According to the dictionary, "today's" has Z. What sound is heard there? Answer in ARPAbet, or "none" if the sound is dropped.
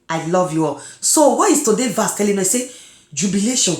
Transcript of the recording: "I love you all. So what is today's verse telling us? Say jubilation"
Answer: none